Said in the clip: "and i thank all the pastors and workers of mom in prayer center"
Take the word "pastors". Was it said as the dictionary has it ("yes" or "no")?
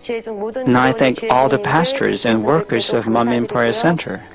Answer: yes